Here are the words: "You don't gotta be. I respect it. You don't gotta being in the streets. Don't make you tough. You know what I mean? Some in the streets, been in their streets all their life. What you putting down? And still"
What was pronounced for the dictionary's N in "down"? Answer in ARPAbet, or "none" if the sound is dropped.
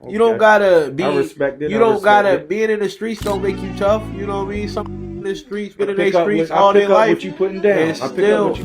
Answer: none